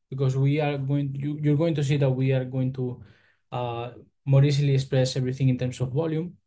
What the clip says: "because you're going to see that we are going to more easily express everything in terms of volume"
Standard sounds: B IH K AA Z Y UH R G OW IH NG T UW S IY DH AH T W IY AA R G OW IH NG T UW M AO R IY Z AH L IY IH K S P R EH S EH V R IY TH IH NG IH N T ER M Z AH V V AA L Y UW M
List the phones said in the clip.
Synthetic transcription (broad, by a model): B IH K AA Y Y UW R G OW IH NG T UW S IY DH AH T W IY AA R G OW IH NG T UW M AO R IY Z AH L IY IH K S P R EH S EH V R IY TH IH NG IH N T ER M S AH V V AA L Y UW M